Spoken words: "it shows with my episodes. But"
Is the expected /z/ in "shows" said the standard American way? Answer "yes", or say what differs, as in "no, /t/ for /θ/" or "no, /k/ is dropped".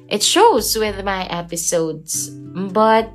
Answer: yes